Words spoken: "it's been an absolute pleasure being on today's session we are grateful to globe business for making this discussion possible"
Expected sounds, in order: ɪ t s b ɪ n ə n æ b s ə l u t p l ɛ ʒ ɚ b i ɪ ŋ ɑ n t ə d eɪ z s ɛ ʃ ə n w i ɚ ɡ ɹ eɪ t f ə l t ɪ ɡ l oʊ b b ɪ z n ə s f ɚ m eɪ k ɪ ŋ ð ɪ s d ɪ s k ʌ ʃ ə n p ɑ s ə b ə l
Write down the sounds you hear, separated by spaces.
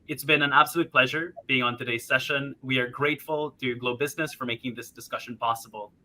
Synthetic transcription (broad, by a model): ɪ t s b ɪ n ə n æ b s ə l u t p l ɛ ʒ ɚ b i ɪ ŋ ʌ n t ə d eɪ z s ɛ ʃ ə n w i ɚ ɡ ɹ eɪ t f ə l t ɪ ɡ l oʊ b b ɪ z n ə s f ɚ m eɪ k ɪ ŋ ð ɪ s d ɪ s k ʌ ʃ ə n p ɑ s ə b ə l